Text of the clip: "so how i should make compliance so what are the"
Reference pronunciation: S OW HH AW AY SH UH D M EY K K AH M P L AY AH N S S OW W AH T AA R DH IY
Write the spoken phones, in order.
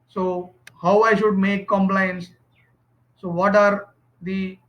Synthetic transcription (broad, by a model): S OW HH AW AY SH UH D M EY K K AH M P L AY AH N S S OW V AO T AA R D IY